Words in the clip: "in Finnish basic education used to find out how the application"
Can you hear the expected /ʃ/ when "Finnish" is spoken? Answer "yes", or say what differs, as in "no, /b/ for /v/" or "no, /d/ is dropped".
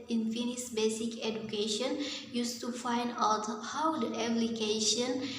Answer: no, /s/ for /ʃ/